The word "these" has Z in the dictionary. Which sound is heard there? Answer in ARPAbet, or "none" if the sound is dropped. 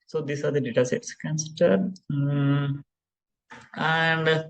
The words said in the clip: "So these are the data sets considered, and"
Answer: S